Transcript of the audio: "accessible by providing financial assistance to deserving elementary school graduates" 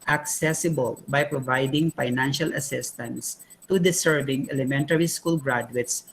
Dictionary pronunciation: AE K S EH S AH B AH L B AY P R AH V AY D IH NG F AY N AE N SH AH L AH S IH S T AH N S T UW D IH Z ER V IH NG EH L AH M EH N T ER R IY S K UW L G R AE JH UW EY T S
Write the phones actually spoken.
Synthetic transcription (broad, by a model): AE K S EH S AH B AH L B AY P R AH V AY D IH NG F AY N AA N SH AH L AH S IH S T AH N S T UW D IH S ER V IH NG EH L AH M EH N T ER R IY S K UW L G R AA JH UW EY T S